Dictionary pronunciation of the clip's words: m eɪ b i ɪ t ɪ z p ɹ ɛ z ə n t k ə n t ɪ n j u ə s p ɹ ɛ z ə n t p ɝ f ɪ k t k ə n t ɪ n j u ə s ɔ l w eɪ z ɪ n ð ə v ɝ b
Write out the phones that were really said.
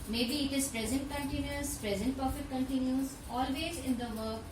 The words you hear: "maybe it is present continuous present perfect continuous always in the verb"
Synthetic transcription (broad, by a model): m eɪ b i ɪ t ɪ z p ɹ ɛ z ə n t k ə n t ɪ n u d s p ɹ ɛ z ə n t p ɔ f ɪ t k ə n t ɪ n j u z ɔ l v eɪ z ɪ n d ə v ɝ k